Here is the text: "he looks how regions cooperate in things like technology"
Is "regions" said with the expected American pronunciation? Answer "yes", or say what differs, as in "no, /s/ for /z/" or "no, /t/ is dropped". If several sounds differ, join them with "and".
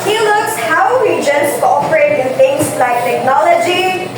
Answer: no, /w/ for /ɹ/